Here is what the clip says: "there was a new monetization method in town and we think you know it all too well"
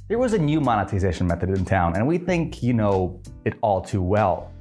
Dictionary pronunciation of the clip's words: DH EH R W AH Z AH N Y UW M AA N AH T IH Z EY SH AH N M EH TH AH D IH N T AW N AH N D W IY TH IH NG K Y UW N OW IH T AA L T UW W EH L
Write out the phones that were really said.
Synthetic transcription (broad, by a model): DH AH R W AH Z AH N Y UW M AA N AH T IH Z EY SH N M EH TH AH D IH N T AW N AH N W IY TH IH NG K Y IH N OW IH T AA L T UW W EH L